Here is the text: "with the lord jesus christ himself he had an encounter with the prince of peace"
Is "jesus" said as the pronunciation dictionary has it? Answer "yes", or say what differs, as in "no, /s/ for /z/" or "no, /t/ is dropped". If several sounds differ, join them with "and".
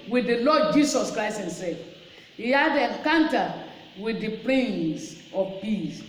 no, /s/ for /z/